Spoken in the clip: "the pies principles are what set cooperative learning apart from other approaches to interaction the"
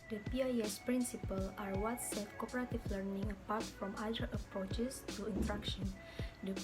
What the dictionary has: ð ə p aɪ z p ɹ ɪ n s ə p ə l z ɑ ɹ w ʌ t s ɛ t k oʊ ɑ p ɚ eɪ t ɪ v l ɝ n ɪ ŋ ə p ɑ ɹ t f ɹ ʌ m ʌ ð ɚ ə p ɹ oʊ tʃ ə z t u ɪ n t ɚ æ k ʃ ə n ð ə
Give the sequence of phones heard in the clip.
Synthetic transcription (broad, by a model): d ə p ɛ s p ɹ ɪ n s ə p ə l ɑ ɹ w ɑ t s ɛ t k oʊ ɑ p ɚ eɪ t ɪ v l ɝ n ɪ ŋ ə p ɑ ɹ t f ɹ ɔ m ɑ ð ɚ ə p ɹ oʊ tʃ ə s t u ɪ n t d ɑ k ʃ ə n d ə